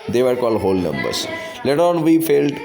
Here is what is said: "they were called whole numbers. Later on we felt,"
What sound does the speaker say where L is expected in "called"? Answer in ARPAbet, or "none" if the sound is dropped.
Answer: L